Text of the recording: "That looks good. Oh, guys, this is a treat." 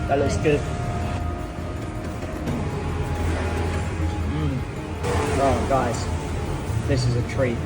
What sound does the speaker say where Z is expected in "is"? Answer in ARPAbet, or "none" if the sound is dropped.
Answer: Z